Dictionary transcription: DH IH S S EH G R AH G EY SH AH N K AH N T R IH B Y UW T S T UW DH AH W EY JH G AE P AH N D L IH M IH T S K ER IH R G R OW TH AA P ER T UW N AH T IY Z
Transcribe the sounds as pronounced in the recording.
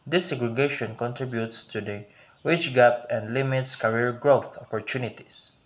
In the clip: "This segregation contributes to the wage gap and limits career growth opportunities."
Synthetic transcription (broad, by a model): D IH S S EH G R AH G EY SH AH N K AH N T R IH B Y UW T S T UW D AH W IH CH G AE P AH N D L IH M IH T S K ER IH R G R OW TH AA P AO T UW N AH T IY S